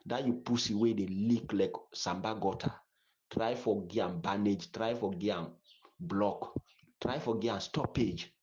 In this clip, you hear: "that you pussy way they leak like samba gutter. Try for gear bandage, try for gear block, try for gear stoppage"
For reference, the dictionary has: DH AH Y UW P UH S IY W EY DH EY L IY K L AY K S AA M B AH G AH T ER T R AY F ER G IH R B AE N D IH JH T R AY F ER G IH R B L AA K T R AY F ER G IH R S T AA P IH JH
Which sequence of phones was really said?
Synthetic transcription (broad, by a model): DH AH Y UW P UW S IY W EY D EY L IY K L AY K S AA M B AH G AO T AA T R AY F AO G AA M B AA N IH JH T R AY F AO G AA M B L AA K T R AY F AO G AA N S T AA P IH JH